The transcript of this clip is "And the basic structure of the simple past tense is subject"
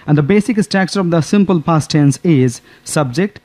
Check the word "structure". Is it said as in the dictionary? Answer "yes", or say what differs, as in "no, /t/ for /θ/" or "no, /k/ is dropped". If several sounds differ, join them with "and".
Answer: no, /ɹ/ is dropped and /s/ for /tʃ/